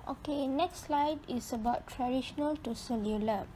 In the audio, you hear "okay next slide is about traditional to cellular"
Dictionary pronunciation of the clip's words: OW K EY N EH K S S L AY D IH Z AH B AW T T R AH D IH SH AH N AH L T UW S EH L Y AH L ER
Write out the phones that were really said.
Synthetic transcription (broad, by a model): OW K EY N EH K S S L AY D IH S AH B AW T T R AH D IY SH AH N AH L T UW S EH L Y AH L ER